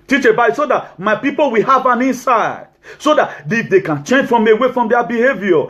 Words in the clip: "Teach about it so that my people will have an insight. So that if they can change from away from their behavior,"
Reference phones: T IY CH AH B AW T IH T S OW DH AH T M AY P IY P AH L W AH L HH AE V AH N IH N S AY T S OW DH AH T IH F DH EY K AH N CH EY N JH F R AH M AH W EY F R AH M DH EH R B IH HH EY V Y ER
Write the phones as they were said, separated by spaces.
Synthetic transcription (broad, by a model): T IY CH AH B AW IH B S OW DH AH T M AY P IY P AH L W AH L HH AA V AH N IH N S AY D S OW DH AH T IH F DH EY K AH N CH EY N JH F R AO M AH W EY F R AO M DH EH B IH HH EY V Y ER